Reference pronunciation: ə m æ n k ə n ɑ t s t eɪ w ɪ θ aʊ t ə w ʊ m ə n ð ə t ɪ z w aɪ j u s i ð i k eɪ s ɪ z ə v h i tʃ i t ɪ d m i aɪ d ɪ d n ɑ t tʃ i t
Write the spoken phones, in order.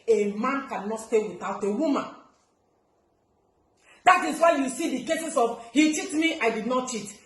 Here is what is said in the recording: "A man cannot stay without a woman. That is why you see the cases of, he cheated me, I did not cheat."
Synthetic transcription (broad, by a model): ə m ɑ n k ə n ɑ t s t eɪ w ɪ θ aʊ t ə w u m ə n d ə t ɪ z w aɪ j u s i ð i k eɪ s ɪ s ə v h i tʃ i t m i aɪ d ɪ d n ɑ t tʃ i t